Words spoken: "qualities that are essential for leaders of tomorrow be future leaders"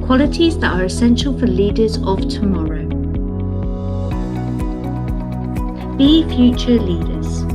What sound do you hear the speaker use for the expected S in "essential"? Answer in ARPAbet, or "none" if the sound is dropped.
S